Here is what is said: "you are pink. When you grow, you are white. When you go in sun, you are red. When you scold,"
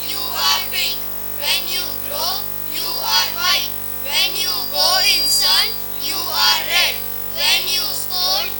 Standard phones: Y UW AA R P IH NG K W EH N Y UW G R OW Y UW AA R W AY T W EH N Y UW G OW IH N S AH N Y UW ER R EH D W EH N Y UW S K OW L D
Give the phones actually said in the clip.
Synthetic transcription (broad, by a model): Y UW AA R B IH K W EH N Y UW G R OW Y UW AA R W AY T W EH N Y UW G OW IH N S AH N Y UW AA R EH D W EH N Y UW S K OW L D